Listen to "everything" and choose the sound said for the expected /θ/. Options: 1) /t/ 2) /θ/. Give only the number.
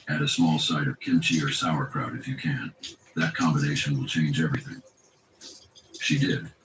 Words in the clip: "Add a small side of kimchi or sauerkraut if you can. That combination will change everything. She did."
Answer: 2